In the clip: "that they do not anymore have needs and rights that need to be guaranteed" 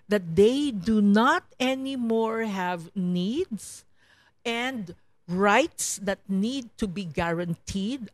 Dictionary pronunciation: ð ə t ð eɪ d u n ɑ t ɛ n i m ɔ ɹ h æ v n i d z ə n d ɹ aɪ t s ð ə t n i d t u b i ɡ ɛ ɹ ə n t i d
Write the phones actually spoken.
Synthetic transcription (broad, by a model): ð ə t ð eɪ d u n ɑ t ɛ n i m ɔ ɹ h æ v n i d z ə n d ɹ aɪ t s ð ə t n i d t u b i ɡ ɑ ɹ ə n t i d